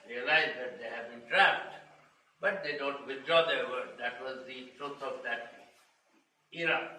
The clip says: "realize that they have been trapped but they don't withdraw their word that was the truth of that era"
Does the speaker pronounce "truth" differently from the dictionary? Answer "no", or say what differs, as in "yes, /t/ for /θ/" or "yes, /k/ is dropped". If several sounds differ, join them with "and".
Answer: yes, /t/ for /θ/